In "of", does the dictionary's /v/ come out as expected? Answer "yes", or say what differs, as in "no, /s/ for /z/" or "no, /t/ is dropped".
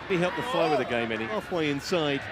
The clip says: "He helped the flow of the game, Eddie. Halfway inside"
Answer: no, /w/ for /v/